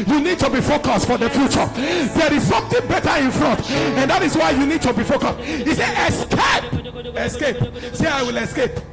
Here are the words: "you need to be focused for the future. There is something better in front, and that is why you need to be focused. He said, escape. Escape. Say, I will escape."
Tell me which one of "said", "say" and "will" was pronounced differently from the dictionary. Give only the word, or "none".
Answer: said